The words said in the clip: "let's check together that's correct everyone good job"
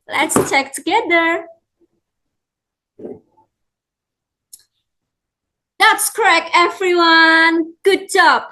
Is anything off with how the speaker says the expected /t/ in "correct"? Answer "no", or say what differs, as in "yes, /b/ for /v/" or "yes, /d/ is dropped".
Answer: yes, /t/ is dropped